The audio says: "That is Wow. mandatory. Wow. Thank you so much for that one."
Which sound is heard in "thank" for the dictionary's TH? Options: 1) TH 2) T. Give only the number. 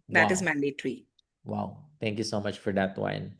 2